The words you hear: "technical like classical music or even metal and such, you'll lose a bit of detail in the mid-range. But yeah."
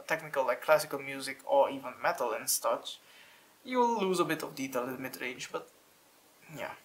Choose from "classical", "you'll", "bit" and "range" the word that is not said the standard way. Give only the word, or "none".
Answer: you'll